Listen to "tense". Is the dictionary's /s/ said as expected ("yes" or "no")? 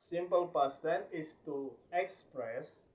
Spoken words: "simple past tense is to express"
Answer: no